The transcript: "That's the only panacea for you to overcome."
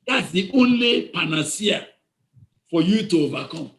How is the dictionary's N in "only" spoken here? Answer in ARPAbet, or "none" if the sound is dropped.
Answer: N